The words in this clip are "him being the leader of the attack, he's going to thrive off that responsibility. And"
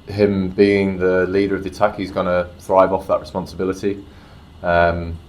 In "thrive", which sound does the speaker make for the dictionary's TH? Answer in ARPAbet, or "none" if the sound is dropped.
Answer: TH